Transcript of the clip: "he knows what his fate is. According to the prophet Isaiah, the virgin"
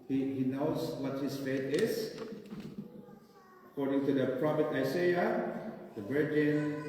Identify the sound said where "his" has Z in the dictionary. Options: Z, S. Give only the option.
S